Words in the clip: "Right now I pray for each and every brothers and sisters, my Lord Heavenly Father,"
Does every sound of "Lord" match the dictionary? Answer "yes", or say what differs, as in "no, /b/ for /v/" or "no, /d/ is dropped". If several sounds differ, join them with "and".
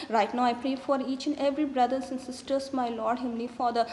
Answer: yes